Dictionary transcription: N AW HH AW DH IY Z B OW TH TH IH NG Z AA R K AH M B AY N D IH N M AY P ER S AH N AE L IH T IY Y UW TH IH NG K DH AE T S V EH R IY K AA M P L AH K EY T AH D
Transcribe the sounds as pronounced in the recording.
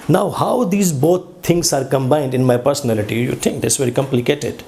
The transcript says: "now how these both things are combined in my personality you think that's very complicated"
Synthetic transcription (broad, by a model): N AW HH AW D IY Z B OW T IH NG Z AA R K AH M B AY N D IH N M AY P ER S AH N AE L IH T IY Y UW T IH NG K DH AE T S V EH R IY K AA M P L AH K EY T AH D